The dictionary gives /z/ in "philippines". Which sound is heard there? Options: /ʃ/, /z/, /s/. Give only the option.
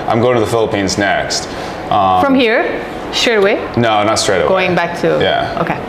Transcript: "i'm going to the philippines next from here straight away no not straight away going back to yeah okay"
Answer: /z/